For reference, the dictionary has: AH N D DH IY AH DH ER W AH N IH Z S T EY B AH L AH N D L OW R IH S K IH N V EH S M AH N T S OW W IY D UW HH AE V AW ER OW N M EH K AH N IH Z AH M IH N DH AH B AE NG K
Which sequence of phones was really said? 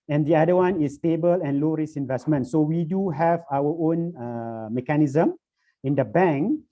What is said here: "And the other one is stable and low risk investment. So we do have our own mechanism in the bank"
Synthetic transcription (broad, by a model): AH N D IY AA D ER W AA N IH S T EY B AH L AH N L OW R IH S IH N V EH S M AH N T S OW W IY D UW HH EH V AW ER OW N M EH K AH N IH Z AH M IH N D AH B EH NG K